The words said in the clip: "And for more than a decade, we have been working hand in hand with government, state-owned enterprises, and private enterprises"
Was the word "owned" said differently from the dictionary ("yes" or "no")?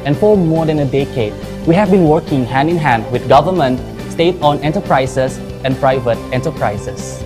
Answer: yes